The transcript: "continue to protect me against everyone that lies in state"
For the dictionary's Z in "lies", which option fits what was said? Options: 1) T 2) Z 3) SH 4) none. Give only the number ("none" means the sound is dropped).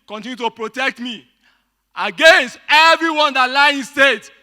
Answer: 4